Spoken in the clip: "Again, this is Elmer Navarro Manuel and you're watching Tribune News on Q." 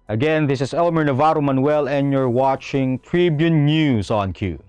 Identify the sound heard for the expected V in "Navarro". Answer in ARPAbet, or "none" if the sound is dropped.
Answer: V